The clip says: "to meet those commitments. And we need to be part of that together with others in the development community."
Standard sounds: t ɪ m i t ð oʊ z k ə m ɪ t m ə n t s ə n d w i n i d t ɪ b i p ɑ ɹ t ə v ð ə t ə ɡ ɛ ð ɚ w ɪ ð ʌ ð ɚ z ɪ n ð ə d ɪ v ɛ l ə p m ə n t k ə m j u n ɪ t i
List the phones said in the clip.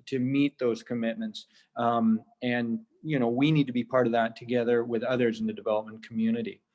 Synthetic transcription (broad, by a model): t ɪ m i t ð oʊ z k ə m ɪ t m ə n t s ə n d w i n i d t ɪ b i p ɑ ɹ t ə v ð ə t ə ɡ ɛ ð ɚ w ɪ ð ʌ ð ɚ z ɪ n ð ə d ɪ v ɛ l ə p m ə n k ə m j u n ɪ t i